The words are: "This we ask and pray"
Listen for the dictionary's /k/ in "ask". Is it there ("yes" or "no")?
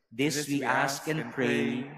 yes